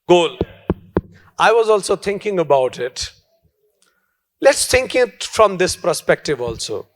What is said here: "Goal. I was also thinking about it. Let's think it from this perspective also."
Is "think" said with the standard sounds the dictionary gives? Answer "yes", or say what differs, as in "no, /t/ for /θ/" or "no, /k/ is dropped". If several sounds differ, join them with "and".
no, /t/ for /θ/